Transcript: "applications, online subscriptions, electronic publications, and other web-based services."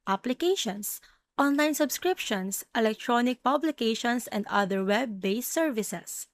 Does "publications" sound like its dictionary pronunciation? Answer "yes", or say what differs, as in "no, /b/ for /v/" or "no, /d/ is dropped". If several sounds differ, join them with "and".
no, /s/ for /z/